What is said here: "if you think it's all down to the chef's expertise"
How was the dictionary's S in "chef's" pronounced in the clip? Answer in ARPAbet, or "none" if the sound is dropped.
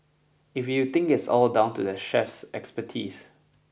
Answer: S